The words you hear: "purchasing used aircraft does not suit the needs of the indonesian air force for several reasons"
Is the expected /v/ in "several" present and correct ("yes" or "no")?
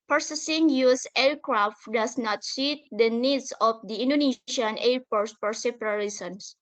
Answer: no